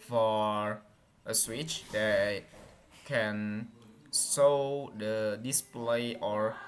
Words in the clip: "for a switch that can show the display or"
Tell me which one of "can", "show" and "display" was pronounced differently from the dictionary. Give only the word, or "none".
show